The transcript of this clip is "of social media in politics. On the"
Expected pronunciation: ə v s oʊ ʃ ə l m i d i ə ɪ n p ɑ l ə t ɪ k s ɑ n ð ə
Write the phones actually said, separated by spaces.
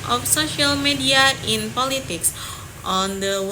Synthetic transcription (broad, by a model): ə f s oʊ ʃ ə l m i d i ə ɪ n p ɑ l ə t ɪ k s ɑ n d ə